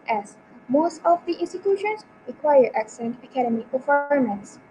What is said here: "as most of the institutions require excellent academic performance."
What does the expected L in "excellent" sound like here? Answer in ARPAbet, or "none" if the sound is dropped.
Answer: none